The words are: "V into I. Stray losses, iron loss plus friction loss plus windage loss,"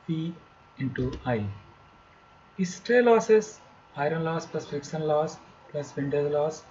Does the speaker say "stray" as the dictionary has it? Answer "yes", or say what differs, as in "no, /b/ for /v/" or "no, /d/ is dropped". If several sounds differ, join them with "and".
yes